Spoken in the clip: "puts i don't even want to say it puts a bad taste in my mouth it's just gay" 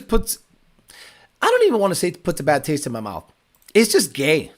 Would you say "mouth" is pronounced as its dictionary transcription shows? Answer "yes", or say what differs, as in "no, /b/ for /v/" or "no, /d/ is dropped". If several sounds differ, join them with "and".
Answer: yes